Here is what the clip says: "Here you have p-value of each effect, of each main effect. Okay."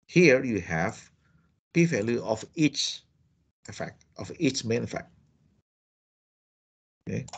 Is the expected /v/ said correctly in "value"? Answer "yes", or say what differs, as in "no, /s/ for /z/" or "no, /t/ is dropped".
no, /f/ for /v/